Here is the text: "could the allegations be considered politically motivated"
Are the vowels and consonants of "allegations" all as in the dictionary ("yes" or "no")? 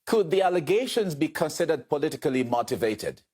yes